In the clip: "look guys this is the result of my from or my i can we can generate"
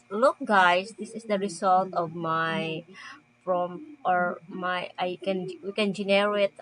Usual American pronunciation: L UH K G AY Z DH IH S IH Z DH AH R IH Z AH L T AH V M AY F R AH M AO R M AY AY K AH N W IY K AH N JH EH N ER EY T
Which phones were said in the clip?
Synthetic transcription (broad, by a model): L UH K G AY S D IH S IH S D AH R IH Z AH L T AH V M AY P R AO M AO R M AY AY K AH N W IY K AH N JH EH N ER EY T